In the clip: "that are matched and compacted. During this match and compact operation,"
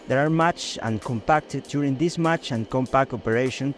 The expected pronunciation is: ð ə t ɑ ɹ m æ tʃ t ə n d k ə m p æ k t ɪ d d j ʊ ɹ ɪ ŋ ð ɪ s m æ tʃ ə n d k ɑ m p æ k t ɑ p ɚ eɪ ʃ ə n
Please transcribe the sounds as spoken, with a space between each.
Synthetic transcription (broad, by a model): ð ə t ɑ ɹ m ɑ tʃ ə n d k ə m p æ k t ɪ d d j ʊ ɹ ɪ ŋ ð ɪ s m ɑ tʃ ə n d k ɑ m p æ k t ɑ p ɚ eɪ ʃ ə n